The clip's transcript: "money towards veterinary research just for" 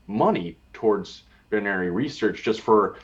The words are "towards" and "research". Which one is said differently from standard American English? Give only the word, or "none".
none